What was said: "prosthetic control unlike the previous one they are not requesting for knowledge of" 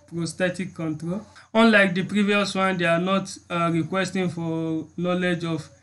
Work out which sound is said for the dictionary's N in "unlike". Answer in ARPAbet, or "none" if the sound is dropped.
N